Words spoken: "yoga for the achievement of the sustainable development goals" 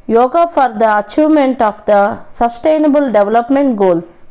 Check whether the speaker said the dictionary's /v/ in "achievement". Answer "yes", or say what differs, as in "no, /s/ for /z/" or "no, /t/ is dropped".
no, /v/ is dropped